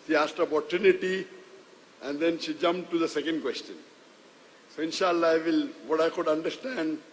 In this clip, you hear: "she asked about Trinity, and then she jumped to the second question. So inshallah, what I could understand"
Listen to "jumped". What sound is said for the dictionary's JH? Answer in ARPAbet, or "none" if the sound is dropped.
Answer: JH